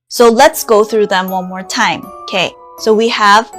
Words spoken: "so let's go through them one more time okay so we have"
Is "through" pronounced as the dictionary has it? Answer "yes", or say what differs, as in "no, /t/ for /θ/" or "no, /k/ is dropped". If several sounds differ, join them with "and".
yes